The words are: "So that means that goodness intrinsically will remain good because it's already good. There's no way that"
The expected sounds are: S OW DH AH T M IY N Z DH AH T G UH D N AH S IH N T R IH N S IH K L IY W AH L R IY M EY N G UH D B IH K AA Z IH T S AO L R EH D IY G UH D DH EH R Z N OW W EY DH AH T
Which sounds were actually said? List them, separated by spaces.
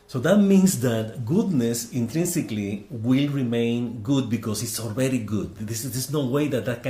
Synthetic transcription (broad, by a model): S OW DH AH T M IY N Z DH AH T G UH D N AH S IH N T R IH N S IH K L IY W AH L R IY M EY N G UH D B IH K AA S IH T S AO L R EH D IY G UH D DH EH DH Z N OW W EY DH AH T